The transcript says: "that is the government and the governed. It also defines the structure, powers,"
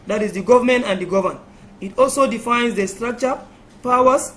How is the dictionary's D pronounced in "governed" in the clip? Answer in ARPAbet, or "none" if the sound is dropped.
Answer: none